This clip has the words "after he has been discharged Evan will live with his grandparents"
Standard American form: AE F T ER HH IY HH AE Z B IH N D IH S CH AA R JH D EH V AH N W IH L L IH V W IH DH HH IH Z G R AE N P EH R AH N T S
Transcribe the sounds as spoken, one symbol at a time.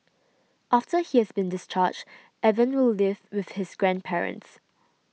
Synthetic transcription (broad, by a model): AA F T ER HH IY HH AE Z B IH N D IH S CH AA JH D EH V AH N W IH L L IH V W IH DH HH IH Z G R AE N P EH R AH N T S